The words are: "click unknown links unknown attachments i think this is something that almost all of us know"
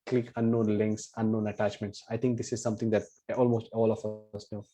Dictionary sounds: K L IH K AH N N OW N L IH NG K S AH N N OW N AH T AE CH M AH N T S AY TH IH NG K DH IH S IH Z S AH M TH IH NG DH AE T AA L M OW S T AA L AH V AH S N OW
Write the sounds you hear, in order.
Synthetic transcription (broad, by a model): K L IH K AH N N OW N L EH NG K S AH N N OW N AH T AE CH M AH N T S AY T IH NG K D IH S IH Z S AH M T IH NG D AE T AA L M OW S T AA L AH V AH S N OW